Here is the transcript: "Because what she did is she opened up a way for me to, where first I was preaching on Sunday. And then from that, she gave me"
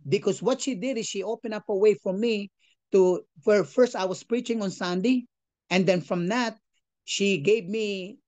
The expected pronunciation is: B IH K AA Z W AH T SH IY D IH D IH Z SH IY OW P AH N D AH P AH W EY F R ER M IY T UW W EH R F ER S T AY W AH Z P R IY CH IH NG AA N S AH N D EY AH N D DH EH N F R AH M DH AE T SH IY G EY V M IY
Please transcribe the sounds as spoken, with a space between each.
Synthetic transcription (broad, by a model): B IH K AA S W AH T SH IY D IH D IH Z SH IY OW P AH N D AH P AH W EY F R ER M IY T UW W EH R F ER S T AY W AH S P R IY CH IH NG AA N S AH N D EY AH N D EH N F R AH M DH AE T SH IY G EY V M IY